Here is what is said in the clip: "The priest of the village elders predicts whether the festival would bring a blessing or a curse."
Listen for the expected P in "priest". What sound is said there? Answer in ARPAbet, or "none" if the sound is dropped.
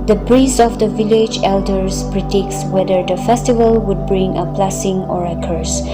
B